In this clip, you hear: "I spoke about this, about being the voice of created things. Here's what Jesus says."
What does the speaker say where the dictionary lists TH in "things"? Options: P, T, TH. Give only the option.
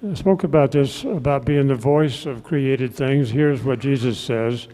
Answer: TH